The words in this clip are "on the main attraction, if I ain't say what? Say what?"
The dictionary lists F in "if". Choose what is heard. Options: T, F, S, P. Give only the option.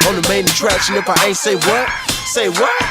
P